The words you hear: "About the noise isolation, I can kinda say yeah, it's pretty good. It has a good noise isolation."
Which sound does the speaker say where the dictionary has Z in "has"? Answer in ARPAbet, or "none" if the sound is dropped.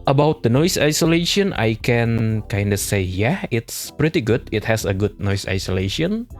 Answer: S